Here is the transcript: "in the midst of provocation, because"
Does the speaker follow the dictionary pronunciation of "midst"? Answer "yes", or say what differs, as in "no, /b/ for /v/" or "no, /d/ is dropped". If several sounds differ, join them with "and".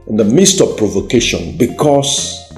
yes